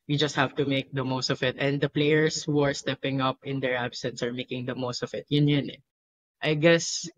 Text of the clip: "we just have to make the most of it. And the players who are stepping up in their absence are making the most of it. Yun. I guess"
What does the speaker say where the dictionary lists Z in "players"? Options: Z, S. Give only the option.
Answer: S